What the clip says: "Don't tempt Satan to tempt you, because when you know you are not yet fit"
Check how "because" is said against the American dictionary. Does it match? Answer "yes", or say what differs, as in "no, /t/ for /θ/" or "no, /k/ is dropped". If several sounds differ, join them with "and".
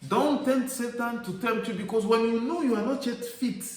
no, /s/ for /z/